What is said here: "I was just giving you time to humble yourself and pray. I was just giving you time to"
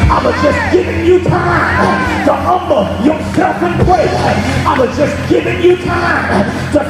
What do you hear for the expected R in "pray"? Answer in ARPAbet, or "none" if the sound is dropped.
W